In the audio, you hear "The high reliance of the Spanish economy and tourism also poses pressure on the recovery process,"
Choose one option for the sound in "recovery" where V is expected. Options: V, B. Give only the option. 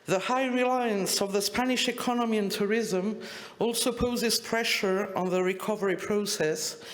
V